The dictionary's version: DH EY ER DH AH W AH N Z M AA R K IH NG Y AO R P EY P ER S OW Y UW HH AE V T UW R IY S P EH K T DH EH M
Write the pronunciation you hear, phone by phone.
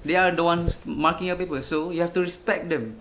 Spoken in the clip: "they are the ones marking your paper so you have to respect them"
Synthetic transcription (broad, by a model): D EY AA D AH W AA N S M AA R K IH NG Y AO P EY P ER S OW Y UW HH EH F T UW R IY S P EH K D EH M